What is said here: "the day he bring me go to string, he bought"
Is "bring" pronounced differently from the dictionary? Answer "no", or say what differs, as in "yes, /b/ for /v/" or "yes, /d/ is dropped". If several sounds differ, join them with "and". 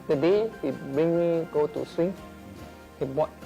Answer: yes, /ɹ/ is dropped